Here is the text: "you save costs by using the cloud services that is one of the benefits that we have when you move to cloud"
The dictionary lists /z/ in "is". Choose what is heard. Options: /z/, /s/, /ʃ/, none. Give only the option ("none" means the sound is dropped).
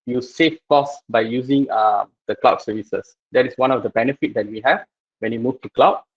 /s/